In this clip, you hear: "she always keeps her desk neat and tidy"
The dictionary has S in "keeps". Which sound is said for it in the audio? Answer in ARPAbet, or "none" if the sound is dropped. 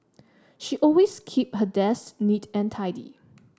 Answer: none